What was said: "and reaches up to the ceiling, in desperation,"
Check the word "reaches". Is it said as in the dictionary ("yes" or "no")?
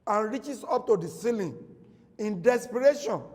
no